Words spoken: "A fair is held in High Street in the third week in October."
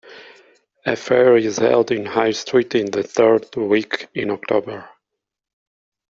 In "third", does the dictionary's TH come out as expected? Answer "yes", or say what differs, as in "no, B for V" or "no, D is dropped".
yes